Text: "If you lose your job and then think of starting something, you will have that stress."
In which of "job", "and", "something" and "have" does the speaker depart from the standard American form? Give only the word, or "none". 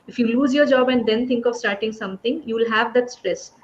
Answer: something